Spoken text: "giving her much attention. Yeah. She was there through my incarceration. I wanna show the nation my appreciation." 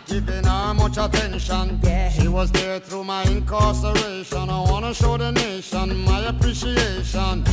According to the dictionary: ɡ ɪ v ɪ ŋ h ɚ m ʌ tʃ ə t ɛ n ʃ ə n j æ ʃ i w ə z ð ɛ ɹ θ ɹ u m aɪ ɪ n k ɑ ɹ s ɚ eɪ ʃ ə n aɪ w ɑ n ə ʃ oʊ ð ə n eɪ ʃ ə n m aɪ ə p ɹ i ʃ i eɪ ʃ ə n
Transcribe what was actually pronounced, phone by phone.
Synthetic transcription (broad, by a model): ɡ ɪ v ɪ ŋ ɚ m ʌ tʃ ə t ɛ n ʃ ə n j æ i w ə z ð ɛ ɹ θ ɹ u m aɪ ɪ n k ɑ ɹ s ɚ eɪ ʃ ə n aɪ w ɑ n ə ʃ oʊ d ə n eɪ ʃ ə n m aɪ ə p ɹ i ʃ i eɪ ʃ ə n